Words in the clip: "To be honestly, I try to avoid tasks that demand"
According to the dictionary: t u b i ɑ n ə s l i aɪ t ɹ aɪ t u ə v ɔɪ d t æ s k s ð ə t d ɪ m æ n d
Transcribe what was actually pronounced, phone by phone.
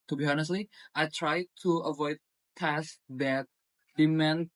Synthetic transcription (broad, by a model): t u b i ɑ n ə s l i aɪ t ɹ aɪ t u ə v ɔɪ d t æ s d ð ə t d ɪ m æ n